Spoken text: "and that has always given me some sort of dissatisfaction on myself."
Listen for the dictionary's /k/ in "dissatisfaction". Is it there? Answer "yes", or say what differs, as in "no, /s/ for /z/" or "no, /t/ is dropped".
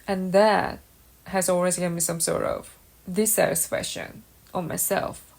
no, /k/ is dropped